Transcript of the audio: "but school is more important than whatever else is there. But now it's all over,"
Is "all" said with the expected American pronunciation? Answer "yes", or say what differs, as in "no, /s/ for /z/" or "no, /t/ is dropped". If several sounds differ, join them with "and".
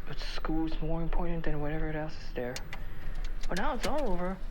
yes